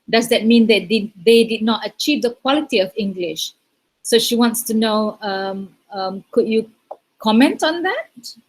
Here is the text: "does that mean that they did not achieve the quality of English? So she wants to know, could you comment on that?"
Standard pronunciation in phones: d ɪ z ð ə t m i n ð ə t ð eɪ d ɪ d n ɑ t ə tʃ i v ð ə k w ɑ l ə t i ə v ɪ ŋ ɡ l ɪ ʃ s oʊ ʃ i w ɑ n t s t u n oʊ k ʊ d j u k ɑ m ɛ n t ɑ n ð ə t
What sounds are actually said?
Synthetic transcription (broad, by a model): d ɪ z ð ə t m i n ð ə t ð eɪ d ɪ d n ɑ t ə tʃ i v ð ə k w ɑ l ə t i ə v ɪ ŋ ɡ l ɪ ʃ s oʊ ʃ i w ɑ n t s t u n oʊ k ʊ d j u k ɑ m ɛ n t ɑ n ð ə t